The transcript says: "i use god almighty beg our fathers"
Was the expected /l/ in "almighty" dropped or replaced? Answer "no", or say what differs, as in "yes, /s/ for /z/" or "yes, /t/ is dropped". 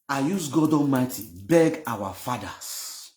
yes, /l/ is dropped